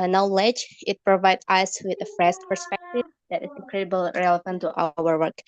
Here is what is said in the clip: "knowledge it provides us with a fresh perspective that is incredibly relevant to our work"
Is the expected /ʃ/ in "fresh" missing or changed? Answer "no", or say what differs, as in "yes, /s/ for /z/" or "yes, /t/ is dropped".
yes, /s/ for /ʃ/